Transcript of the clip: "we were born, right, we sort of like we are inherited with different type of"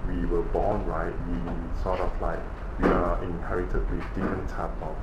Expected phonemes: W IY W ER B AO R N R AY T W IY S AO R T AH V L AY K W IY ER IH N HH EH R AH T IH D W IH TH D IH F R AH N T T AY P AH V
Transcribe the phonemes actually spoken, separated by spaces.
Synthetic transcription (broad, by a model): W IY W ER B AO N R AY T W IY S AO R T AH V L AY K W IY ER IH N HH EH R AH T IH D W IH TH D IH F R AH N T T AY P